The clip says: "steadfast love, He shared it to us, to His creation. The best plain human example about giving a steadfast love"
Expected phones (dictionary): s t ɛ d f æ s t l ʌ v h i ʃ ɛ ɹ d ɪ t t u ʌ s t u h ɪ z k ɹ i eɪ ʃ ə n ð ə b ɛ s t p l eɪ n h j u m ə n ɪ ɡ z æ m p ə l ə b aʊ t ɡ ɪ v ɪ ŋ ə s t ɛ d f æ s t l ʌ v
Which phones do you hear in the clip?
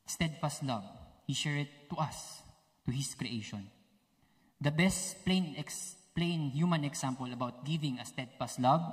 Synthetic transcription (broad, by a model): s t ɛ d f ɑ s t l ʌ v h i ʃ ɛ ɹ ɪ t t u ʌ s t u h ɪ s k ɹ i eɪ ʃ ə n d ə b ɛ s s p l eɪ n h j u m ə n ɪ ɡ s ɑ m p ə l ə b aʊ t ɡ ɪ v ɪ ŋ ə s t ɛ d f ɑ s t l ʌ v